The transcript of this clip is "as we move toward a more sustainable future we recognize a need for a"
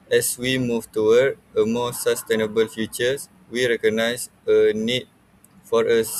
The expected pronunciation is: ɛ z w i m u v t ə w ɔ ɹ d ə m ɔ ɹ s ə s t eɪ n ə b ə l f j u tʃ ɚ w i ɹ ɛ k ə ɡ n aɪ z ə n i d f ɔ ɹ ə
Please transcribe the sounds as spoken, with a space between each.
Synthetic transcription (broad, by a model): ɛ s w i m u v t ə w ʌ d ə m ɔ s ə s t eɪ n ə b ə l f j u tʃ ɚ w i ɹ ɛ k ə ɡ n aɪ s ə n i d f ɔ ɹ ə